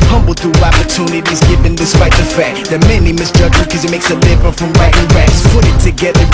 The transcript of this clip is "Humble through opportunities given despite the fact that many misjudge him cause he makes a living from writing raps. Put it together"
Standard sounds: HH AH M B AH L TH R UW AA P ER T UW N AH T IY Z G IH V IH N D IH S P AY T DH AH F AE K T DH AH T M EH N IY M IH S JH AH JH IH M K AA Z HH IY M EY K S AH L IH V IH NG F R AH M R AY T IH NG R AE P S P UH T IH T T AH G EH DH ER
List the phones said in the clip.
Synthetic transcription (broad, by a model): HH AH M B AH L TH UW AA P ER T UW N AH T IY Z G IH V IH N D IH S P AY T DH AH F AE K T DH AH T M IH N IY M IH S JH AH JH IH K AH Z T M EY K S AH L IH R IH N F R AH M R AY T IH NG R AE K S P UH T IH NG T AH G EH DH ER